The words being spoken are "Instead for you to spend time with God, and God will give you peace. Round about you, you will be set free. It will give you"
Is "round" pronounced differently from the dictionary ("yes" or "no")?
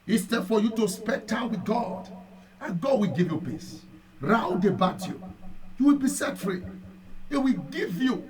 yes